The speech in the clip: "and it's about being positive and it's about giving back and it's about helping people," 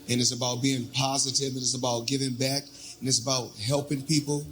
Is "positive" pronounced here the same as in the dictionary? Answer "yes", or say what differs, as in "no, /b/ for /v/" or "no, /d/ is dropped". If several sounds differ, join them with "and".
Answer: yes